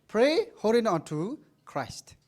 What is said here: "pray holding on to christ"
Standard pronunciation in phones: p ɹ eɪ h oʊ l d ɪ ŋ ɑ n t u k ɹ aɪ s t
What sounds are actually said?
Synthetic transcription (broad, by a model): p ɹ eɪ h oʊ d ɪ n ɑ n t u k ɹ aɪ s t